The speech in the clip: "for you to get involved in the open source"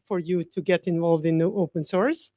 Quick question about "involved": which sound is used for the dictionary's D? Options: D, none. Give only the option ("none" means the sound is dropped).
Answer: D